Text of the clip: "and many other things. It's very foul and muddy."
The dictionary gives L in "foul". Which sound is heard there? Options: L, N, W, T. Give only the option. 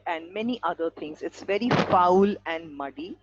L